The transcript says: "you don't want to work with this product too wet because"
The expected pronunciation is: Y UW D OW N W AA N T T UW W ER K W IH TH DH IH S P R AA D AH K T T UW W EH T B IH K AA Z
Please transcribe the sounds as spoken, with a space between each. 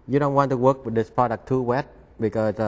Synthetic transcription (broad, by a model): Y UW D OW N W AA N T T UW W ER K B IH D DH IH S P AA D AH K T T UW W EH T B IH K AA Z